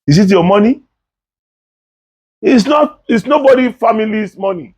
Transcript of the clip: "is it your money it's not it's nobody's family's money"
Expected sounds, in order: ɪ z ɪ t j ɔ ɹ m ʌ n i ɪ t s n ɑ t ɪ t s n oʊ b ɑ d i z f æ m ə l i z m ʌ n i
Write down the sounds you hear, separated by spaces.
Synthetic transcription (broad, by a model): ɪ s ɪ t j ɔ m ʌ n i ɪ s n ɑ t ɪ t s n oʊ b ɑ d i f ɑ m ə l i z m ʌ n i